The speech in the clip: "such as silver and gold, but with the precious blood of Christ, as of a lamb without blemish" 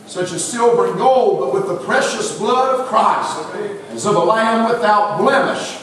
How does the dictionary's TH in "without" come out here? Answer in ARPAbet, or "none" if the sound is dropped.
TH